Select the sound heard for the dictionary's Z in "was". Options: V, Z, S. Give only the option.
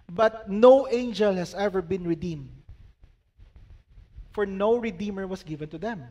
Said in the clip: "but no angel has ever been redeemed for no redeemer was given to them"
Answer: S